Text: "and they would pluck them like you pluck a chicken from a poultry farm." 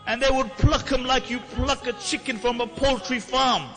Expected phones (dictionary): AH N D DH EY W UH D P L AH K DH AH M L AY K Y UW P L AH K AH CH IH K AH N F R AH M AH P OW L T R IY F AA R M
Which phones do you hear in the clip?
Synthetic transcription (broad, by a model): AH N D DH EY W UH D P L AH K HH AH M L AY K Y UW P L AH K AH CH IH K AH N F R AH M AH P OW L T R IY F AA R M